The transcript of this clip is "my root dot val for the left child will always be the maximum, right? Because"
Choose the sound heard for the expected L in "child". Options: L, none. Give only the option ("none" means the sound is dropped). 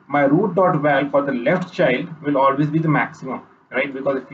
L